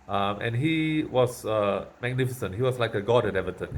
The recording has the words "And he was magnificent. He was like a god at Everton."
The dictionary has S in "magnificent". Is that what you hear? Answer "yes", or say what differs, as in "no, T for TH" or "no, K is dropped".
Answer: yes